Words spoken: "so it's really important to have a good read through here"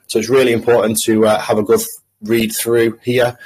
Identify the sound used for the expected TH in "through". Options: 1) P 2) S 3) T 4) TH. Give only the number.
4